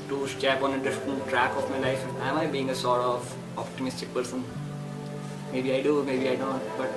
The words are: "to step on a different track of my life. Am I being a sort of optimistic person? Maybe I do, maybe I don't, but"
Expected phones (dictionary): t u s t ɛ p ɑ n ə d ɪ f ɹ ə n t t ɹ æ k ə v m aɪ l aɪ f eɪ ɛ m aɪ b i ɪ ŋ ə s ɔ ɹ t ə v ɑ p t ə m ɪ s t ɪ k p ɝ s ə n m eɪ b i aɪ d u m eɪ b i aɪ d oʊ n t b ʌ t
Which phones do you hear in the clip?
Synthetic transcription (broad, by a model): t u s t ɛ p ɑ n ə d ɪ f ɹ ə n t t ɹ æ k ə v m aɪ l aɪ f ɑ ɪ m aɪ b i ɪ ŋ ə s ɔ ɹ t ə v ɑ p t ə m ɪ s t ɪ k p ɝ s ə n m eɪ b i aɪ d u m eɪ b i aɪ d oʊ n t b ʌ t